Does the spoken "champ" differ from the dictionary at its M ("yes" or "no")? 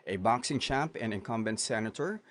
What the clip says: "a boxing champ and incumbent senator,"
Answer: yes